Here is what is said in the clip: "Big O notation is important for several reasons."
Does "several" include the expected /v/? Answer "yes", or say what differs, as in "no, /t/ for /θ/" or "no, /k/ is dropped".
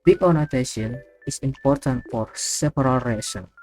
no, /p/ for /v/